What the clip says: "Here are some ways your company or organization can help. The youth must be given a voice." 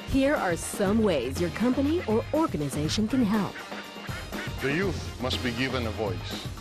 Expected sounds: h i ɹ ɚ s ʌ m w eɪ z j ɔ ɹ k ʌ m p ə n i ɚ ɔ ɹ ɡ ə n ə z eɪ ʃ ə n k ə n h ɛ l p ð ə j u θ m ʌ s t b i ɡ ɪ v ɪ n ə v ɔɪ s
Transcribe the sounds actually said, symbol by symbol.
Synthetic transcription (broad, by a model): h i ɹ ɚ s ʌ m w eɪ z j ɔ ɹ k ʌ m p ə n i ɚ ɔ ɹ ɡ ə n ə z eɪ ʃ ə n k ə n h ɛ l p ð ə j u θ m ʌ s t b i ɡ ɪ v ɪ n ə v ɔɪ s